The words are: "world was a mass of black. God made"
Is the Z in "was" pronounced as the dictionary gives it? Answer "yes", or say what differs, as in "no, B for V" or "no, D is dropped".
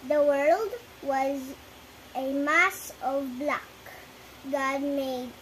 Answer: yes